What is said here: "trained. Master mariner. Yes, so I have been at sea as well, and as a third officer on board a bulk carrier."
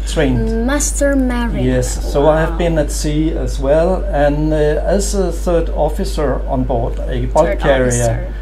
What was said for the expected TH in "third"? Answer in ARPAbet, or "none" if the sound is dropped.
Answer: TH